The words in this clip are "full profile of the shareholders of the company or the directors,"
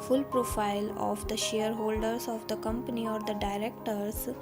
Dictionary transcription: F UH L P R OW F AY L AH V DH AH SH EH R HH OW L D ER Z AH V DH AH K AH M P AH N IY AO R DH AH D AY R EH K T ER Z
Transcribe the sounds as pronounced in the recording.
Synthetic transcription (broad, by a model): F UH L P R OW F AY L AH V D AH SH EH R HH OW L D ER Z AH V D AH K AH M P AH N IY AO R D AH D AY R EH K T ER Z